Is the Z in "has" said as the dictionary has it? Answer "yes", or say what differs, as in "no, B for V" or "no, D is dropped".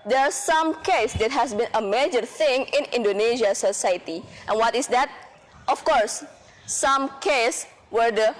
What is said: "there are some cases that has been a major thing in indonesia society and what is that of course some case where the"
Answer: no, S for Z